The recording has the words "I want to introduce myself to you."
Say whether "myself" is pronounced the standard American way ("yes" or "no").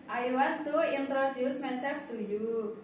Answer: no